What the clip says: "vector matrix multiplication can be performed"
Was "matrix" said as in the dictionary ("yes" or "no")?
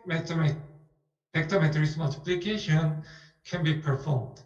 no